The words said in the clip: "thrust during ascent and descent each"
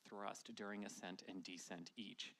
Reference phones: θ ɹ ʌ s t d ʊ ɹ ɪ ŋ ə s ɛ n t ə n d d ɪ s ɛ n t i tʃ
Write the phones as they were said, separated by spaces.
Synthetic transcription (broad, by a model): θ ɹ ʌ s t d ʊ ɹ ɪ ŋ ə s ɛ n t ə n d d ɪ s ɛ n t i tʃ